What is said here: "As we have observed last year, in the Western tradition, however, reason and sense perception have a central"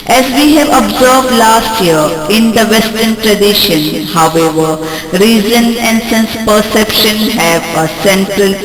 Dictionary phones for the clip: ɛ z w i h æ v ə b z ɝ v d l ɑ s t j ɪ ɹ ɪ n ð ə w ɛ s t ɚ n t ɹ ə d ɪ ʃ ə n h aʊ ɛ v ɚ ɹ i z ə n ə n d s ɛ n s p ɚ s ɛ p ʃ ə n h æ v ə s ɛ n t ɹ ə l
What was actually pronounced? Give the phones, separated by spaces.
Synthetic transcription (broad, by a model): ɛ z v i h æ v ə b z ɝ v d l ɑ s t j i ɹ ɪ n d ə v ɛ s t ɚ n t ɹ ə d ɪ ʃ ə n h aʊ ɛ v ɚ ɹ i z ə n ə n d s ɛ n s p ɚ s ɛ p ʃ ə n h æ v ə s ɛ n t ɹ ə l